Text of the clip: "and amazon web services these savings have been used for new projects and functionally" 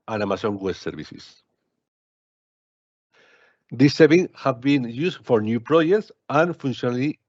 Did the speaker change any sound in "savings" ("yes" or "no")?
yes